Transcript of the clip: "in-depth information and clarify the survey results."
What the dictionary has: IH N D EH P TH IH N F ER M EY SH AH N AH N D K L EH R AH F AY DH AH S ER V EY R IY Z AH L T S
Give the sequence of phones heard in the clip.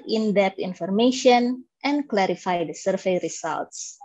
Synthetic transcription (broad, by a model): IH N D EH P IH N F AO M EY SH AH N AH N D K L EH R AH F AY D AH S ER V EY R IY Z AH L T S